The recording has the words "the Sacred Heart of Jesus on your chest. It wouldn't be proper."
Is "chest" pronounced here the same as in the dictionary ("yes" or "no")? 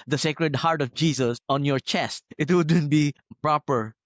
yes